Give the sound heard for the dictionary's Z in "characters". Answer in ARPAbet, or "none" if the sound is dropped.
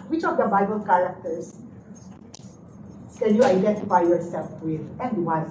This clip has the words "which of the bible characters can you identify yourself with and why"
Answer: S